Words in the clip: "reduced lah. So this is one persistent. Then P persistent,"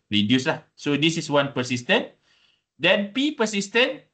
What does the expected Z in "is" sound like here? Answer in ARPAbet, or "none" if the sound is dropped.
S